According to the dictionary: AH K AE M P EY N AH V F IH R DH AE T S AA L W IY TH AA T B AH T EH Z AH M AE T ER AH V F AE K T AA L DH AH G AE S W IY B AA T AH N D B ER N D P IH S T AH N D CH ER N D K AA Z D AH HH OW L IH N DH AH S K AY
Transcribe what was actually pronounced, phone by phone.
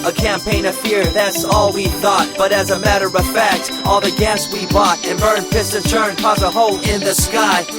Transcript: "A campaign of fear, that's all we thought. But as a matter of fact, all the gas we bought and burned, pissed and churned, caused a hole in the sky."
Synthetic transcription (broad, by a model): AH K AE M P EY N AH V F IH R DH AE T S AA L W IY TH AA T B AH T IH Z AH M AE T ER AH V F AE K T AA L DH AH G AE S W IY B AA T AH N B ER N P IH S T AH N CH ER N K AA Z AH HH OW L IH N DH AH S K AY